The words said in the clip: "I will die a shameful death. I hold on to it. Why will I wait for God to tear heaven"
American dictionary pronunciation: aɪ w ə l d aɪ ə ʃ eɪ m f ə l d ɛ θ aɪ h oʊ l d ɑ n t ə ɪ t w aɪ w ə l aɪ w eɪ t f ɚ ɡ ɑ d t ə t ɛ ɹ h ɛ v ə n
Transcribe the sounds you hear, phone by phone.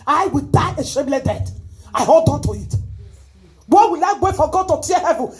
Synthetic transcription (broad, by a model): aɪ w ə l d aɪ ə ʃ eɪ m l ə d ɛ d aɪ h oʊ l d ɑ n t ə ɪ t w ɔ w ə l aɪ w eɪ f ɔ ɡ ɑ d t ə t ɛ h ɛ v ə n